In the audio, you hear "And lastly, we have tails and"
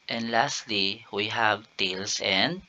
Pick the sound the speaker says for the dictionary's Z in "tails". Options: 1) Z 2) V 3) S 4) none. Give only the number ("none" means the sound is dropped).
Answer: 3